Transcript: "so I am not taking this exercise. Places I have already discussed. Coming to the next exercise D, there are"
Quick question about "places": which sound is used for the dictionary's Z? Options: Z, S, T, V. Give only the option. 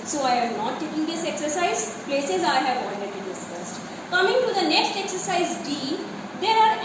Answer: Z